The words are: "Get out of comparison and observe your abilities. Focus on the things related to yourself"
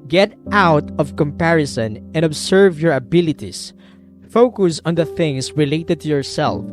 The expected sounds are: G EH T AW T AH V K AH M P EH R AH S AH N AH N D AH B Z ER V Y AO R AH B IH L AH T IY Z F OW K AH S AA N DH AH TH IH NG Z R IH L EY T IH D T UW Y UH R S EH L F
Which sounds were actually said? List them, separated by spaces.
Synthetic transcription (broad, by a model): G EH T AW T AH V K AH M P EH R AH S AH N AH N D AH B S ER V Y AO R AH B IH L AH T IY S F OW K AH S AA N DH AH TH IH NG S R IH L EY T IH D T UW Y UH R S EH L F